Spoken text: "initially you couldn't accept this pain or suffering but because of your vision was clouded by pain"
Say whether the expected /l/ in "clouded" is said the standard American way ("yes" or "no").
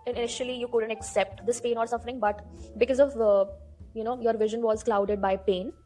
yes